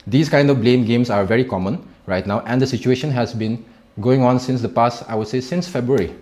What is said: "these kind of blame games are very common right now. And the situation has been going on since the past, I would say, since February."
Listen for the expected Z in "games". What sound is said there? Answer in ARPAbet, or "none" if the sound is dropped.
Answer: S